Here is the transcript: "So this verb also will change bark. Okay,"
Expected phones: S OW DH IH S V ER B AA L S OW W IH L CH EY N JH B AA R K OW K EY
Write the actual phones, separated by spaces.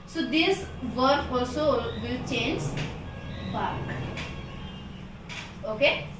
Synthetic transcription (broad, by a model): S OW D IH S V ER AA L S OW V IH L CH EY N JH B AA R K OW K EY